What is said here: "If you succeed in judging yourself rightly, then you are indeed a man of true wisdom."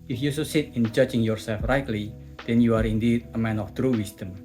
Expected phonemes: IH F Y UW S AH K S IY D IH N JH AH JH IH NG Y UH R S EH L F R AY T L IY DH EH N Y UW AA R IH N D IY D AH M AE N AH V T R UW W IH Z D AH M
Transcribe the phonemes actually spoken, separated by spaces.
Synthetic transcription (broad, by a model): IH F Y UW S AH S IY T IH N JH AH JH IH NG Y UH R S EH L F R AY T L IY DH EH N Y UW AA R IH N D IY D AH M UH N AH F T R UW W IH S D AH M